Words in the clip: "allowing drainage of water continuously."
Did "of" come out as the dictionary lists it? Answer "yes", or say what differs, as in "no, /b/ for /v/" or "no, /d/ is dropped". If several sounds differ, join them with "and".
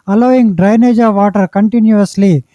yes